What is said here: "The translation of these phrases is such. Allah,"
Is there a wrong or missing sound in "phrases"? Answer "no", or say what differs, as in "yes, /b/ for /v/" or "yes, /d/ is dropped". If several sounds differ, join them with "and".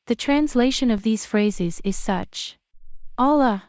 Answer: no